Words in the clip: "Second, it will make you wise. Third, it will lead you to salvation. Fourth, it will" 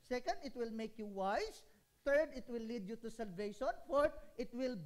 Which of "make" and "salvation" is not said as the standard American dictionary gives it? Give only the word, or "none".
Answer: none